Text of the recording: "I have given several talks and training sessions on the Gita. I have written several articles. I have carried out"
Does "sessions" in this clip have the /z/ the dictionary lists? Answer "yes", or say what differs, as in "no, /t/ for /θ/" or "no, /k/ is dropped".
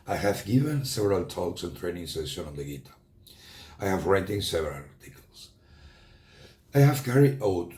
no, /z/ is dropped